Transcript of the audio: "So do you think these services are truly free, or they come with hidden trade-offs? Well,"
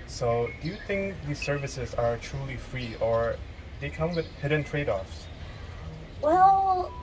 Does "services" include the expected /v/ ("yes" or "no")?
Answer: yes